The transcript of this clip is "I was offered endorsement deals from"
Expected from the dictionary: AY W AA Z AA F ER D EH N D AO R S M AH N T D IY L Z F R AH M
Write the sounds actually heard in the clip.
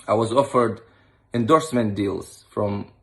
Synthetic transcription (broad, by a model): AY W AA Z AA F ER D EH N D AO R S M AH N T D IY L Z F R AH M